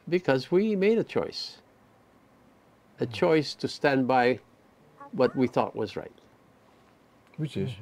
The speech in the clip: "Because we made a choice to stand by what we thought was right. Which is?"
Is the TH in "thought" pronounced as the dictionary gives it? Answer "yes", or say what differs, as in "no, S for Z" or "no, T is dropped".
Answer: yes